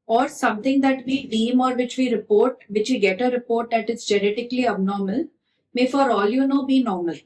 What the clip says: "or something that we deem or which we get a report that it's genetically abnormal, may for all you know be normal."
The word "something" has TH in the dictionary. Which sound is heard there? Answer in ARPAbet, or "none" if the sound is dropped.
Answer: T